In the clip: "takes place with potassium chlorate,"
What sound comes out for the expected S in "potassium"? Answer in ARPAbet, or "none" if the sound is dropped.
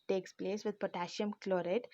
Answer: SH